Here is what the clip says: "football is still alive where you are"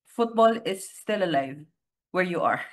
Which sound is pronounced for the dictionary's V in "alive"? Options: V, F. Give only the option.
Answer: V